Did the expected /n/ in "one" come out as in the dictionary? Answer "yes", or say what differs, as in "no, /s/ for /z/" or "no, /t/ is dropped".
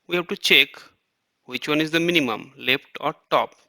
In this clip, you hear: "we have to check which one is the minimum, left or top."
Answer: yes